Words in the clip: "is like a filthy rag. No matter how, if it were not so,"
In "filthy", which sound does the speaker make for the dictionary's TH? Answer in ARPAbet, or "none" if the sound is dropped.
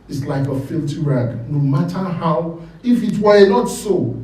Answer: T